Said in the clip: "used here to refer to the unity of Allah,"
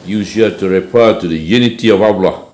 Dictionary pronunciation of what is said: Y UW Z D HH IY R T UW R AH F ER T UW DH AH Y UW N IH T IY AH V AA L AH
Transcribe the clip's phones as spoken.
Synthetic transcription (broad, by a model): Y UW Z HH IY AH T UW R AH P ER T UW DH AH Y UW N IH T IY AH V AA L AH